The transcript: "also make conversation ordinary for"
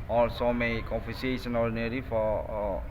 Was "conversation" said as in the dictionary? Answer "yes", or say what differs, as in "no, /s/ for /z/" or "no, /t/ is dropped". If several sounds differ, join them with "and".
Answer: no, /f/ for /v/